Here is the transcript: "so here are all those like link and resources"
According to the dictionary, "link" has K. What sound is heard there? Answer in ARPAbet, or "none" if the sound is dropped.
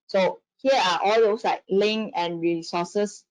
none